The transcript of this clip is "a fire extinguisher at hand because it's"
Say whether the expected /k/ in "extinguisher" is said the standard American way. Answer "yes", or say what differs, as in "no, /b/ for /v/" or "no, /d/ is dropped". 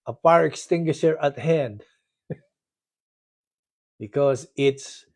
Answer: yes